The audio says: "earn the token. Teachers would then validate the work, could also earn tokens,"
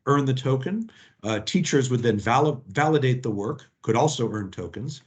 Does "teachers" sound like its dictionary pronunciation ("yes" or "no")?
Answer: yes